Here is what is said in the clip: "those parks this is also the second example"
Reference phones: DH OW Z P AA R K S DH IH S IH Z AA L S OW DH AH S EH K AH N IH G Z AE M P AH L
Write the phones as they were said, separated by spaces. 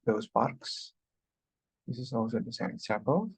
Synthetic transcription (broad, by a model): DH OW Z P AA R K S DH IH S IH Z AA L S OW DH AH S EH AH IH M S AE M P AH L